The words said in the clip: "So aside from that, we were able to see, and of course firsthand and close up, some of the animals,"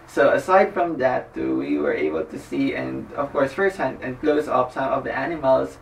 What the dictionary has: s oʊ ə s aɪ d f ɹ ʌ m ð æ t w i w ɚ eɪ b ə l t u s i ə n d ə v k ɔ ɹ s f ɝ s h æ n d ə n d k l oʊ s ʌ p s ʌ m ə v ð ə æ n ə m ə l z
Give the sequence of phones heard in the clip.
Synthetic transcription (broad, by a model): s oʊ ə s aɪ d f ɹ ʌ m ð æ t w i w ɚ eɪ b ə l t u s i ə n d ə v k ɔ ɹ s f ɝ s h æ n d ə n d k l oʊ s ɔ f s ʌ m ə v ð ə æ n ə m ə l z